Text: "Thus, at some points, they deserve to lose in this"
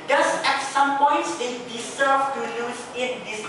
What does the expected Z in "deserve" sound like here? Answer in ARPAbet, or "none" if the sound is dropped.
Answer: S